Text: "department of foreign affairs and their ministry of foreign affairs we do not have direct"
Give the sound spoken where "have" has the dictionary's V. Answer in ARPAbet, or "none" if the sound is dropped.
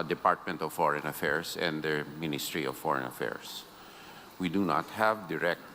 V